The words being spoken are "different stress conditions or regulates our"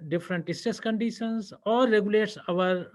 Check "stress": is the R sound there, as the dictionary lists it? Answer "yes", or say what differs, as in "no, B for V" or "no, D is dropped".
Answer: no, R is dropped